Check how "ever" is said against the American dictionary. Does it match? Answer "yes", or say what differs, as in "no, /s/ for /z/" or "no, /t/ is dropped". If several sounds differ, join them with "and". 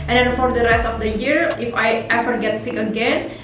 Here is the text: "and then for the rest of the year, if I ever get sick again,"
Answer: no, /f/ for /v/